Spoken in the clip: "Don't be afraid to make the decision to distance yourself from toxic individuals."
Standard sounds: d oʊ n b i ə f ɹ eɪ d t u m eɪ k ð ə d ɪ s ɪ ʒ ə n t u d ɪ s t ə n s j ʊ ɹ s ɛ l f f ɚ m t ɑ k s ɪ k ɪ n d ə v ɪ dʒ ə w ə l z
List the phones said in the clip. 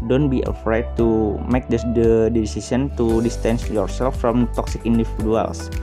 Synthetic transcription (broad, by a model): d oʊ n b i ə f ɹ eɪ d t u m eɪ k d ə d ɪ s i s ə n t u d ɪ s t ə n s j ʊ ɹ s ɛ l f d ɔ m t ɑ k s ɪ k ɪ n d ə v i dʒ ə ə l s